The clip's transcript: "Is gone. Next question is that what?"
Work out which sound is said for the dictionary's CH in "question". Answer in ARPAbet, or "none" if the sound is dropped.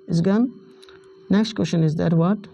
SH